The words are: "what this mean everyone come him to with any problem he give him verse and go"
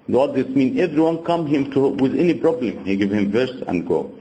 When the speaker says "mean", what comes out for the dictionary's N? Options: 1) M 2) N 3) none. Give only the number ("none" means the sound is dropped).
2